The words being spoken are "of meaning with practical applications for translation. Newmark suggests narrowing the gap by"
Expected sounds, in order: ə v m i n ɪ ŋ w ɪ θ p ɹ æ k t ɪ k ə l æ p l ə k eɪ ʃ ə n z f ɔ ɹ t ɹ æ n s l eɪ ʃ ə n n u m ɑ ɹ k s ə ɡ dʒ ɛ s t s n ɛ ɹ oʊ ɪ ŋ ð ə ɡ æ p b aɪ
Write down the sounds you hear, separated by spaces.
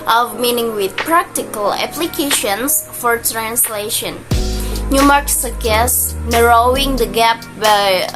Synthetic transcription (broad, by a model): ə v m i n ɪ ŋ w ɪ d p ɹ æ k t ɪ k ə l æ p l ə k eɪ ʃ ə n s f ɔ ɹ t ɹ æ n s l eɪ ʃ ə n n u m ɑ ɹ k s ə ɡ ɛ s s n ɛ ɹ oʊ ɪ ŋ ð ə ɡ æ p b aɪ